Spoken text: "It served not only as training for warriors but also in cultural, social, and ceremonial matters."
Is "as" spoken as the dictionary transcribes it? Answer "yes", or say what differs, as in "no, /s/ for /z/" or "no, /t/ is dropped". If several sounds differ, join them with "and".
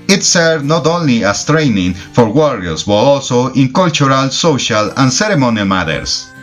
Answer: no, /s/ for /z/